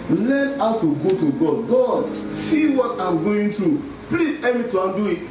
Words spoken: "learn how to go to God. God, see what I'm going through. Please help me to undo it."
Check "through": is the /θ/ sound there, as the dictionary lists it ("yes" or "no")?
no